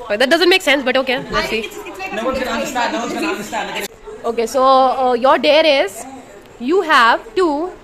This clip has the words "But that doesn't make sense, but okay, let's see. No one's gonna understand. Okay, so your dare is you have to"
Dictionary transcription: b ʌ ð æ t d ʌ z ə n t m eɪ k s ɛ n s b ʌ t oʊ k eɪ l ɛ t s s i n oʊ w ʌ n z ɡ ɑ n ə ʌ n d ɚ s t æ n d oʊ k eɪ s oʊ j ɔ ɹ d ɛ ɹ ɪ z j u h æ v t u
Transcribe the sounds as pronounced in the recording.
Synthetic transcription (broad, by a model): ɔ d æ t d ʌ z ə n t m eɪ k s ɛ n s b ʌ t oʊ k eɪ n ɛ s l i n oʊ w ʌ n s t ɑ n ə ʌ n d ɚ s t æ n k oʊ k eɪ s oʊ j ɔ ɹ d ɛ ɹ ɪ z j u h æ v t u